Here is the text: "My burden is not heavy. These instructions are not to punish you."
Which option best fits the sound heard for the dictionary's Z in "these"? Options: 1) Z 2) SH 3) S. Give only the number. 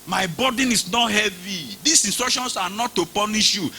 3